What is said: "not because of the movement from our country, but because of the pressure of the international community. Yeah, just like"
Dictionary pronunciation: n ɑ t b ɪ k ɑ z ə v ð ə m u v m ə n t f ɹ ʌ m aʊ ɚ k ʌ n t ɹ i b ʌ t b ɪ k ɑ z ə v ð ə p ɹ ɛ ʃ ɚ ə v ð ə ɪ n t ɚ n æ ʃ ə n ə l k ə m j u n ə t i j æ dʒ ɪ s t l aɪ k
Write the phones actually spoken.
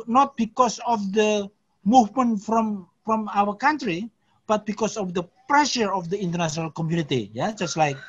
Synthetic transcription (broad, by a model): n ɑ t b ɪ k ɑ s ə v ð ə m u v m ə n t f ɹ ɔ m aʊ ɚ k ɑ n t ɹ i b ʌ t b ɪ k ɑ s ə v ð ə p ɹ ɛ ʃ ɚ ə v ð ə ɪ n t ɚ n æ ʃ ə n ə l k ə m j u n ə t i j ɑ dʒ ɪ s t l aɪ k